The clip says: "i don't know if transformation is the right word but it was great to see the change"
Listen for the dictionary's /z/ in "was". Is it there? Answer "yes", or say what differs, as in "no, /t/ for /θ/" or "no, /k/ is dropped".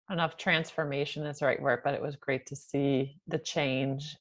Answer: yes